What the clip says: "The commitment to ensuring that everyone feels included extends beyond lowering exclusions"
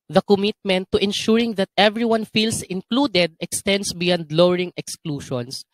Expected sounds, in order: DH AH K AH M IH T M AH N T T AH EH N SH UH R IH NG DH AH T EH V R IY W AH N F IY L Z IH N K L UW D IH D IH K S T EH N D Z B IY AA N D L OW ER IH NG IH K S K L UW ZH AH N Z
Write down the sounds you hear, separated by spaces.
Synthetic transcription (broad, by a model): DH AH K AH M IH T M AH N T T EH N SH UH R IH NG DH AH T EH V R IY W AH N F IY L S IH N K L UW D IH D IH K S T EH N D S B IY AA N D L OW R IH NG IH K S K L UW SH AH N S